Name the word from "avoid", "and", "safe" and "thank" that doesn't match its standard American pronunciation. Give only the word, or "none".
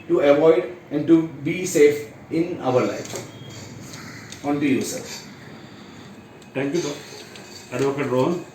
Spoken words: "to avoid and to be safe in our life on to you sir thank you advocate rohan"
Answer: thank